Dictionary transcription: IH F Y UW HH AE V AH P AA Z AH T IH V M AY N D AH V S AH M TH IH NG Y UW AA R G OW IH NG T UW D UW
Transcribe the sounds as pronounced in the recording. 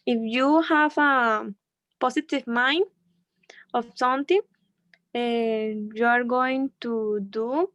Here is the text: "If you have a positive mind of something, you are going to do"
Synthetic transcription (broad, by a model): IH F Y UW HH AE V AH P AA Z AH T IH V M AY N D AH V S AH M T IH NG Y UW AA R G OW IH NG T UW D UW